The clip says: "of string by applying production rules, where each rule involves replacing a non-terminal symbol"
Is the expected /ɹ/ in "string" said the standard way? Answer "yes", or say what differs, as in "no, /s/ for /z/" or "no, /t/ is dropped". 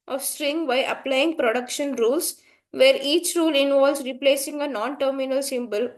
yes